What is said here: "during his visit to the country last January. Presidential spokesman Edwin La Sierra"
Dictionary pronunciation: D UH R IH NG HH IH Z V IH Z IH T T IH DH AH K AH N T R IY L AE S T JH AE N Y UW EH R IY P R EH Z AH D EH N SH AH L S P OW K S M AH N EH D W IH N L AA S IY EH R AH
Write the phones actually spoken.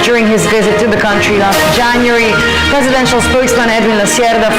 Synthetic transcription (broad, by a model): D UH R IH NG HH IH Z V IH Z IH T T IH DH AH K AH N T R IY L AE S T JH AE N Y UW R IY P R EH Z AH D EH N SH AH L S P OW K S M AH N EH D W IH N L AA S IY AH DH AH